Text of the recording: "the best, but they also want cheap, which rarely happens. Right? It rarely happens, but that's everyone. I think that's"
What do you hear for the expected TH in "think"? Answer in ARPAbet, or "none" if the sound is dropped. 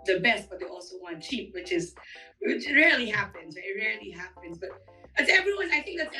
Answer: TH